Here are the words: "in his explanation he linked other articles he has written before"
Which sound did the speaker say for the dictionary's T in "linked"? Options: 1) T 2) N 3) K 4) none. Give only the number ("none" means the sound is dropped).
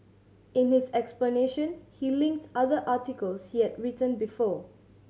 1